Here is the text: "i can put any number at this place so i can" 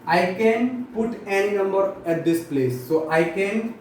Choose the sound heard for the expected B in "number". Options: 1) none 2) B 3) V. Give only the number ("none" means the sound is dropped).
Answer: 2